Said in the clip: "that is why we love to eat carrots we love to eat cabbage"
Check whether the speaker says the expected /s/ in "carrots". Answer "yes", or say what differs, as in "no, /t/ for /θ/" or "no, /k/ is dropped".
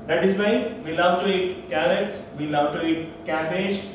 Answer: yes